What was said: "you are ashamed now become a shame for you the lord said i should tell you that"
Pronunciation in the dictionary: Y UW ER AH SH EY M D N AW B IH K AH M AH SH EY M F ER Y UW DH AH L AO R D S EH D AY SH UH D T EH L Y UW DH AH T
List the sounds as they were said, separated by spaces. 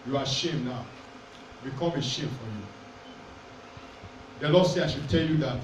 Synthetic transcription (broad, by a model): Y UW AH SH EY M N AW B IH K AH M AH SH EY M F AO Y UW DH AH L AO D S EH AY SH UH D T EH L Y UW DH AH T